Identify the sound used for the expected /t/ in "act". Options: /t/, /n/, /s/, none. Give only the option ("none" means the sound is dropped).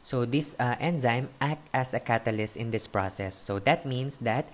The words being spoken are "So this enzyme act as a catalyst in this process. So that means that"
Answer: /t/